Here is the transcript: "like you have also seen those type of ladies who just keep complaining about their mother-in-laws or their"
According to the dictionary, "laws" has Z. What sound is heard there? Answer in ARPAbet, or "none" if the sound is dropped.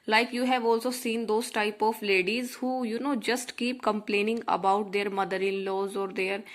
Z